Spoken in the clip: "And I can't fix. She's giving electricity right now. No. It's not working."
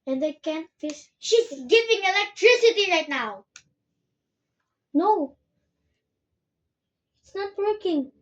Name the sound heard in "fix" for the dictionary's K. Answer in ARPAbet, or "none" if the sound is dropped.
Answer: none